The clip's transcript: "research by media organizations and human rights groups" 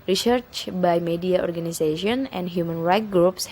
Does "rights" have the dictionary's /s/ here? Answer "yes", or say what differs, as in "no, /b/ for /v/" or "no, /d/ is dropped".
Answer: no, /s/ is dropped